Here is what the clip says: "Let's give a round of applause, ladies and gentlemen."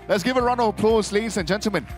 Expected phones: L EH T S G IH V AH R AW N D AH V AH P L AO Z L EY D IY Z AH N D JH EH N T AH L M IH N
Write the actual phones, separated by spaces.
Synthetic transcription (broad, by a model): L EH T S G IH V AH R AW N AH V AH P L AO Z L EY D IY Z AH N JH EH N T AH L M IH N